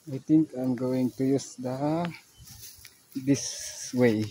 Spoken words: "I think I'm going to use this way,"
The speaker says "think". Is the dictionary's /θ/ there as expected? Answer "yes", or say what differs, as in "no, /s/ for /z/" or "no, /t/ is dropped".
no, /t/ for /θ/